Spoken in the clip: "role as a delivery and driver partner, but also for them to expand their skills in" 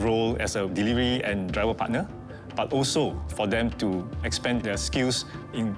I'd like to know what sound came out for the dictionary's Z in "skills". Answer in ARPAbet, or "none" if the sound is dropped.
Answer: S